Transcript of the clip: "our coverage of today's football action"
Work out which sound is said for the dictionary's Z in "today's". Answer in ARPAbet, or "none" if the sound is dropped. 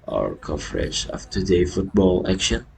none